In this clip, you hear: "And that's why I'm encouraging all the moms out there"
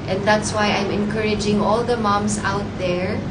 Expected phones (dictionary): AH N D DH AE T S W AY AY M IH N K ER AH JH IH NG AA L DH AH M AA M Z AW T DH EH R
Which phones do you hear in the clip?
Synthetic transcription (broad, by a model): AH N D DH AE T S W AY AY M IH N K ER AH JH IH NG AA L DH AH M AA M S AW T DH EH R